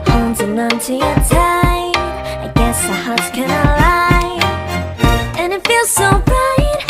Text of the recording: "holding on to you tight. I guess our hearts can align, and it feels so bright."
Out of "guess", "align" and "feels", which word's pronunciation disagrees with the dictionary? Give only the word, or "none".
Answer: align